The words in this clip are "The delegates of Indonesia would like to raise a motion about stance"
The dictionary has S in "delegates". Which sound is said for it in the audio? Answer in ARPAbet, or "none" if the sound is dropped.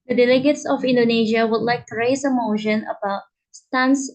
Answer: S